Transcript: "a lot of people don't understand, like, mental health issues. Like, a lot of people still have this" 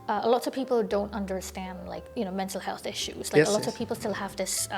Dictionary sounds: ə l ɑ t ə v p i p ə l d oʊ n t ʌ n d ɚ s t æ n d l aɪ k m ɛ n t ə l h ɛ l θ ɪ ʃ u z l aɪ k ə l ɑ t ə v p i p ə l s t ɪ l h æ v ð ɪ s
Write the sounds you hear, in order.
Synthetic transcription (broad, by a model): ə l ɑ t ə v p i p l d oʊ n t ʌ n d ɚ s t æ n d l aɪ k m ɛ n t l h ɛ l θ ɪ ʃ u z l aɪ ə l ɑ t ə v p i p l s t ɪ l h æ v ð ɪ s